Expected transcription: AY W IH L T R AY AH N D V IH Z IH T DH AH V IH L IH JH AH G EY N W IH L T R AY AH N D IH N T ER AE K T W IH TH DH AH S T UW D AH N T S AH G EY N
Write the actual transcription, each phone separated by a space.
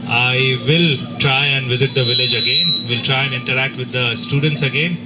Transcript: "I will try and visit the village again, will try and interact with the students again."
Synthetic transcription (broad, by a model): AY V IH L T R AY AH N D V IH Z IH T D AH V IH L IH JH AH G EY N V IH L T R AY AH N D IH N T ER AE K T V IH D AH S T UW D AH N T S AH G EY N